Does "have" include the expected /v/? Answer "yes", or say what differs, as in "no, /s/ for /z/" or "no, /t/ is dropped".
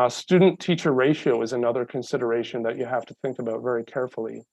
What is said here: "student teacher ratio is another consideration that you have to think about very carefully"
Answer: no, /f/ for /v/